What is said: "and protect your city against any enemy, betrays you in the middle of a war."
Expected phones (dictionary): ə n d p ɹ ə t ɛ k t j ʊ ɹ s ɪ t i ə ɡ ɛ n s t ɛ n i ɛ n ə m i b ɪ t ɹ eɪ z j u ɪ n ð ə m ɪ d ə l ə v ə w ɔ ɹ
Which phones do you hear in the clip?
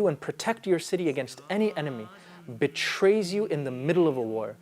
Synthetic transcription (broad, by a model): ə n p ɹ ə t ɛ k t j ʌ ɹ s ɪ t i ə ɡ ɛ n s t ɛ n i ɛ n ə m i b ɪ t ɹ eɪ z j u ɪ n ð ə m ɪ d l ə v ə w ɔ ɹ